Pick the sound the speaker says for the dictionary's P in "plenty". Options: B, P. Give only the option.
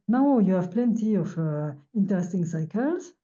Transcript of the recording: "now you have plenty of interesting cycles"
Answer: P